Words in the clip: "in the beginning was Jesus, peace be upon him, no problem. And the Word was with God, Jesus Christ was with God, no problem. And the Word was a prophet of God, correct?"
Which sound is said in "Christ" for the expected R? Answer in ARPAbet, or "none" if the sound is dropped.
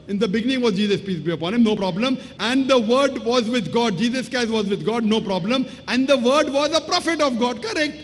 none